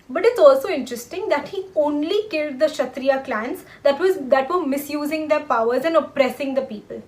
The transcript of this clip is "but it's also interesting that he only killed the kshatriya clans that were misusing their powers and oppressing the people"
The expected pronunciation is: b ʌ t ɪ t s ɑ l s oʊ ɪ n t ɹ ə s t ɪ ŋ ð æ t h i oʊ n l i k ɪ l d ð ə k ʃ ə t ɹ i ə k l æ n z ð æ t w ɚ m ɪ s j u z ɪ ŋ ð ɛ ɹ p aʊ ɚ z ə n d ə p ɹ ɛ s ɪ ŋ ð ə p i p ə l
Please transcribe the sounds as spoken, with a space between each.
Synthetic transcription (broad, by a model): b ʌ t ɪ t s ɑ l s oʊ ɪ n t ɹ ə s t ɪ ŋ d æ t h i oʊ n l i k ɪ l d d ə ʃ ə t ɹ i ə k l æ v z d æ t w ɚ m ɪ s j u z ɪ ŋ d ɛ ɹ p aʊ ɚ z ə n d ə p ɹ ɛ s ɪ ŋ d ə p i p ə l